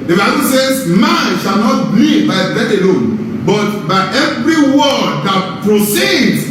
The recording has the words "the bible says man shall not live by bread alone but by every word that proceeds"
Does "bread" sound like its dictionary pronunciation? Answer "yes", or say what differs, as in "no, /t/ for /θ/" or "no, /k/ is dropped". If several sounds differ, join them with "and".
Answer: no, /ɹ/ is dropped